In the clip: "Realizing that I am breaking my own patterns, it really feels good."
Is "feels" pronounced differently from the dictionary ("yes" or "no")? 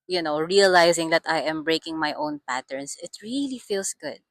yes